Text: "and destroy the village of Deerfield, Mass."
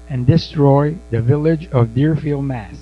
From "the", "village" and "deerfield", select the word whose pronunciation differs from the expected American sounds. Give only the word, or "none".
none